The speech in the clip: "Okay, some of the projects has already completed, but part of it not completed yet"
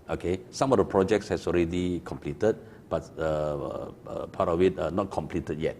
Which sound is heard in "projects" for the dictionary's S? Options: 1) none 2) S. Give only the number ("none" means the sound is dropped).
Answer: 2